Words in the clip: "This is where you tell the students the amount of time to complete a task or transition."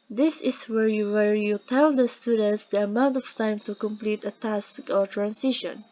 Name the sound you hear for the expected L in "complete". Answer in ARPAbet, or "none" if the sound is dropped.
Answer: L